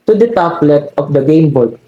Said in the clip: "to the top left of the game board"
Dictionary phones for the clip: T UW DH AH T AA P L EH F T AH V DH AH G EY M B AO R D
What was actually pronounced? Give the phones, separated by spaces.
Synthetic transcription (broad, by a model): T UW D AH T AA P L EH T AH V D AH G EY M B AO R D